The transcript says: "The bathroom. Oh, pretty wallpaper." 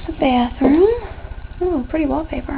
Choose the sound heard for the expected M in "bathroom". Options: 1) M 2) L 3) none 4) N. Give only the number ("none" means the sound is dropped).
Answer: 3